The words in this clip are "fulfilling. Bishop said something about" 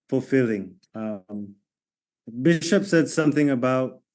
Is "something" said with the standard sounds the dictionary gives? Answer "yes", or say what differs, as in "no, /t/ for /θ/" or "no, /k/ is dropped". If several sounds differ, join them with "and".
yes